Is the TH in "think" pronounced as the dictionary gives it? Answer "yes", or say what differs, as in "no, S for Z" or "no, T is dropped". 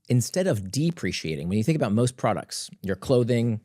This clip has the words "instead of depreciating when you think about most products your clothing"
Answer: yes